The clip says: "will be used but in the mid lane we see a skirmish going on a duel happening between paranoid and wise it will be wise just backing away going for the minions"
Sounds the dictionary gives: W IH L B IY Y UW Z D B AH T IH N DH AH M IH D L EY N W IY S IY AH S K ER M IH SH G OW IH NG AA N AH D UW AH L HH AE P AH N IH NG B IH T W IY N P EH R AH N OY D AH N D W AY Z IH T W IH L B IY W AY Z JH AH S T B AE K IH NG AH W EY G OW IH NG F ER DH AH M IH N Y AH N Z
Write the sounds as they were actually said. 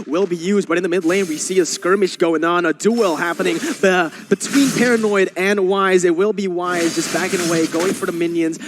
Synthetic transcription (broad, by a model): W IH L B IY Y UW Z D B AH T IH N DH AH M IH D L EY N W IY S IY AH S K ER M IH SH G OW IH NG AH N AH D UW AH L HH AE P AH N IH NG B IH T W IY N P EH R AH N OY D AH N W AY Z IH T W IH L B IY W AY Z JH AH S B AE K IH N AH W EY G OW IH NG F ER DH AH M IH N Y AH N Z